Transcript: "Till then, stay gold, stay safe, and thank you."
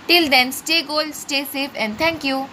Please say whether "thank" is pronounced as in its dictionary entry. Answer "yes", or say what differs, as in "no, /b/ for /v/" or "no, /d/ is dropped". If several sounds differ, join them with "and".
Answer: no, /t/ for /θ/